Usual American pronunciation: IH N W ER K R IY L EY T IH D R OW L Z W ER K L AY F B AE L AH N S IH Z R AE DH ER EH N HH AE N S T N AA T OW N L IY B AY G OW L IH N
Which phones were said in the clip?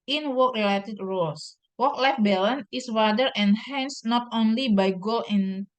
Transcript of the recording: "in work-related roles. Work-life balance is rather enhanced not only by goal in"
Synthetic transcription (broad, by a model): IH N W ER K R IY L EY T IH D R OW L S W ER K L AY F B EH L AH N IH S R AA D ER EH N HH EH N S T N AA T OW N L IY B AY G OW L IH N